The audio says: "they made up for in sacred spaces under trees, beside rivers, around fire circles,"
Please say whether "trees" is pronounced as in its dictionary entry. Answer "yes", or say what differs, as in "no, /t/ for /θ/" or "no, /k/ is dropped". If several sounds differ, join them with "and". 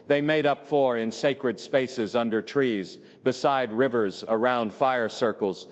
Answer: yes